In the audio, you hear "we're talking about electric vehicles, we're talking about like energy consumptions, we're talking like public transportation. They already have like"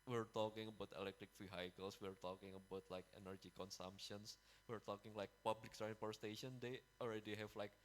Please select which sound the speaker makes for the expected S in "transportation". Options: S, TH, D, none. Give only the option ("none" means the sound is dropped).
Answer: none